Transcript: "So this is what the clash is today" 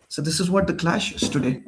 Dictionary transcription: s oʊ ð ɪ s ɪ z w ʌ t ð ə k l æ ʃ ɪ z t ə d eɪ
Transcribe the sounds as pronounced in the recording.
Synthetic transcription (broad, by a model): s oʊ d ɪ s ɪ z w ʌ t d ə k l æ ʃ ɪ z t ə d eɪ